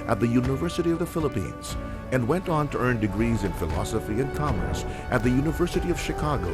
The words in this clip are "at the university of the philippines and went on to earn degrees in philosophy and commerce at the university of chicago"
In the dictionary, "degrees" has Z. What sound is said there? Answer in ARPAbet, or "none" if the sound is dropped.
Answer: Z